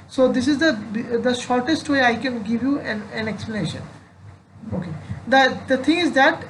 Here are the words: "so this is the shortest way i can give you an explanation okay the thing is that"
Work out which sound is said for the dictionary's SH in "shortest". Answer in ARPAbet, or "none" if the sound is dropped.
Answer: SH